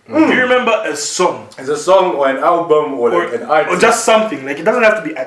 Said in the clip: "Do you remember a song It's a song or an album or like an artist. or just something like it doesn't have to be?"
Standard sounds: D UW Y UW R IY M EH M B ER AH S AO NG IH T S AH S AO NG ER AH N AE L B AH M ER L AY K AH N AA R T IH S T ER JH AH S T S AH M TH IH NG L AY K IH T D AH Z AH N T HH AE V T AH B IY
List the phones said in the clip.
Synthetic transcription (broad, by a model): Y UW R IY M EH M B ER AH S AO NG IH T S AH S AO NG ER AH N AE L B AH M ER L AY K AH N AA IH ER JH AH S T S AH M TH IH NG L AY K IH T D AH Z AH N T HH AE F T AH B IY